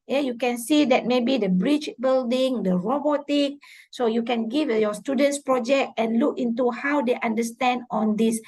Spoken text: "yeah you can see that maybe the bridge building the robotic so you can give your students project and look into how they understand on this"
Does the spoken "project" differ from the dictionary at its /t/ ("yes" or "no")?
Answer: no